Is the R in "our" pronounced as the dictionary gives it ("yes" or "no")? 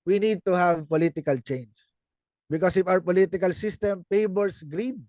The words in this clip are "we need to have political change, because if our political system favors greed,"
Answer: yes